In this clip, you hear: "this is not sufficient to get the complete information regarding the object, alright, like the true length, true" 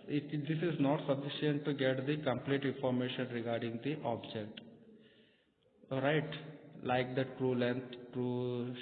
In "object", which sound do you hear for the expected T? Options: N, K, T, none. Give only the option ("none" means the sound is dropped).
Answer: T